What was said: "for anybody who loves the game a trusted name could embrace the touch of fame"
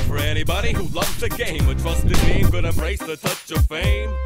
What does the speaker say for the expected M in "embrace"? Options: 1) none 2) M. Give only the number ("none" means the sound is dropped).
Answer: 1